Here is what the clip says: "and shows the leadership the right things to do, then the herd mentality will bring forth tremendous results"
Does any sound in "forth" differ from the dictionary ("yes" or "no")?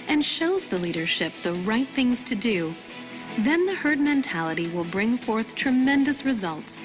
no